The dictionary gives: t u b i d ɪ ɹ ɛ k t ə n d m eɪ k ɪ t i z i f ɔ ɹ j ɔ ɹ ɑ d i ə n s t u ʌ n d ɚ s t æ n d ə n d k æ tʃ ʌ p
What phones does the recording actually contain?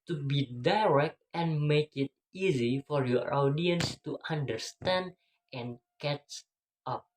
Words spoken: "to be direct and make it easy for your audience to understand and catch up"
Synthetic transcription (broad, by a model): t u b i d ɪ ɹ ɛ k t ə n m eɪ k ɪ t i z i f ɔ ɹ j ɔ ɹ ɑ d i ə n s t u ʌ n d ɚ s t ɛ n d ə n k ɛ tʃ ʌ p